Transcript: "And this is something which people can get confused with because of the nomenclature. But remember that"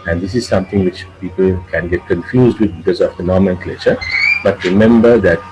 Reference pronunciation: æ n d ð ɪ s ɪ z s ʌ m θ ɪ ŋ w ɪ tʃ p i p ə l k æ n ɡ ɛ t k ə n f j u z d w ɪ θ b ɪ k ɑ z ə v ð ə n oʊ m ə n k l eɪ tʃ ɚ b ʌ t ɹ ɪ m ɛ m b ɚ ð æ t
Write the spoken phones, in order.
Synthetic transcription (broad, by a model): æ n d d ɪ s ɪ z s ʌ m t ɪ ŋ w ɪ tʃ p i p ə l k æ n ɡ ɛ t k ə n f j u z d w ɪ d b ɪ k ɑ z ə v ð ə n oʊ m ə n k l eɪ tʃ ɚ b ʌ t ɹ ɪ m ɛ m b ɚ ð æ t